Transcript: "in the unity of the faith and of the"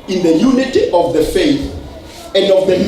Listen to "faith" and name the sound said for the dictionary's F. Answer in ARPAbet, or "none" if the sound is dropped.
F